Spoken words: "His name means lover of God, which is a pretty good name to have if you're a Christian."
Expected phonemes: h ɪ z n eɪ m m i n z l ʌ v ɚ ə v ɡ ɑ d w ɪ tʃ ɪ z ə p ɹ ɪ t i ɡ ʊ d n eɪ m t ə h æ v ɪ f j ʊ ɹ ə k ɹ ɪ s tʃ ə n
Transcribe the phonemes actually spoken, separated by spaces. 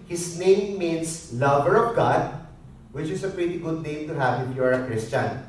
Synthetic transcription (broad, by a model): h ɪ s n eɪ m m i n s l ʌ v ɚ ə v ɡ ɑ d w ɪ tʃ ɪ s ə p ɹ ɪ t i ɡ ʊ d n eɪ m t ə h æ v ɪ p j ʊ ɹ ə k ɹ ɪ s tʃ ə n